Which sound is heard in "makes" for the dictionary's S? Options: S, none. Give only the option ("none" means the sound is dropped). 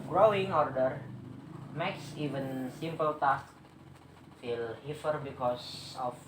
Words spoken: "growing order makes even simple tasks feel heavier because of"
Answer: S